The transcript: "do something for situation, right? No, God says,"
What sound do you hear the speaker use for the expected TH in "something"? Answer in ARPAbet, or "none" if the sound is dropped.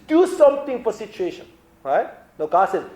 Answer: T